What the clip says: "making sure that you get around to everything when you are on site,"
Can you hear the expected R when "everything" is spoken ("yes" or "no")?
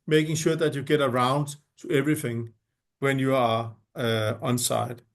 yes